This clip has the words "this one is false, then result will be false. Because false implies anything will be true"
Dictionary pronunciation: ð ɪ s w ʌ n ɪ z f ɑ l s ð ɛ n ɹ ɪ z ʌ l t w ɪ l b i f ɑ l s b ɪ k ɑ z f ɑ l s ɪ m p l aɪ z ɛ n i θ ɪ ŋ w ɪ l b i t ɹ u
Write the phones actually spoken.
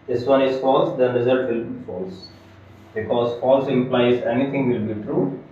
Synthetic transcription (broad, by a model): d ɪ s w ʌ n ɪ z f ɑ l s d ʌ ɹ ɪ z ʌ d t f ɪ l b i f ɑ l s b ɪ k ɑ z f ɑ l s ɪ m p l aɪ z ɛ n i t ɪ ŋ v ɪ l b i t ɹ u